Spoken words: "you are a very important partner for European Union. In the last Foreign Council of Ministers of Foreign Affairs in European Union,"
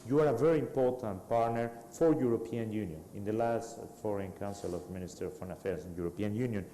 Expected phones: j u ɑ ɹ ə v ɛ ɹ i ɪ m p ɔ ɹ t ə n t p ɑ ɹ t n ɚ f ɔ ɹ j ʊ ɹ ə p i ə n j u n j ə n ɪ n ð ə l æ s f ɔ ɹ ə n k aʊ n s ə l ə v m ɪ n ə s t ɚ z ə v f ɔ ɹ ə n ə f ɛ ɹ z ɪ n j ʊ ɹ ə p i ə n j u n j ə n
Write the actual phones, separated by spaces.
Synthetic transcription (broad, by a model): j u ɑ ɹ ə v ɛ ɹ i ɪ m p ɔ ɹ t ə n t p ɑ ɹ t n ɚ f ɔ ɹ j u ɹ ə p i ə n j u n j ə n ɪ n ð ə l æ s f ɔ ɹ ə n k aʊ n s ə l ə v m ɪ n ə s t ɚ ə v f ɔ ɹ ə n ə f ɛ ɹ s ɪ n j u ɹ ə p i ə n j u n j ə n